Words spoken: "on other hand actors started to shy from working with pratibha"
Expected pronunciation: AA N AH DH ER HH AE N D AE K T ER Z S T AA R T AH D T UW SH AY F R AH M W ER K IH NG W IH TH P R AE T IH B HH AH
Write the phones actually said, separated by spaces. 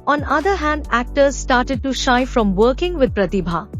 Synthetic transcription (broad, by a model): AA N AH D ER HH AE N D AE K T ER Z S T AA R T AH D T UW SH AY F R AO M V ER K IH NG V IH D P R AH T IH B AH